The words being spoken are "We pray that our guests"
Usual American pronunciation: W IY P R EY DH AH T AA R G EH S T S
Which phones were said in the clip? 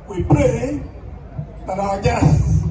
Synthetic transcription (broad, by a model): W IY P L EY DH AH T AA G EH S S